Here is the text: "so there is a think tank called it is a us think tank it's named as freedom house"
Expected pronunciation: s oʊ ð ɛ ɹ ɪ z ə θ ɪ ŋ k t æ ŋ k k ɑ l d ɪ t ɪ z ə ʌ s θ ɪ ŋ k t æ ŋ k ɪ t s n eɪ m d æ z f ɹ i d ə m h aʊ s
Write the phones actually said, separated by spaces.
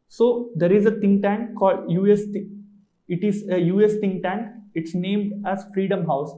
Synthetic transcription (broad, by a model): s oʊ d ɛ ɹ ɪ z ə t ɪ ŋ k t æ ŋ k k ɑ l d ɪ t ɪ z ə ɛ s t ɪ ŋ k t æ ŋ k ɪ t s n eɪ m d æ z f ɹ i d ə m h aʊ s